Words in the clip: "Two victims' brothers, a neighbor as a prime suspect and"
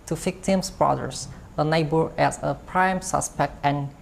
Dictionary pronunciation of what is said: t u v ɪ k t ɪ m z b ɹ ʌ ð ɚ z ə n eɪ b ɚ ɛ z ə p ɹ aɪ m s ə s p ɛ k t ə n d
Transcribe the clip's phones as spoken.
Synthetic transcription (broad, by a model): t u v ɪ k t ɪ m s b ɹ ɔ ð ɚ s ə n eɪ b ɚ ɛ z ə p ɹ aɪ m s ə s p ɛ k t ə n